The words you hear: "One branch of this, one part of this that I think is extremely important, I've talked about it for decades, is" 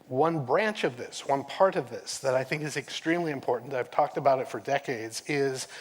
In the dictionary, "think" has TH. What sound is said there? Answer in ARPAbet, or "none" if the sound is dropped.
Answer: TH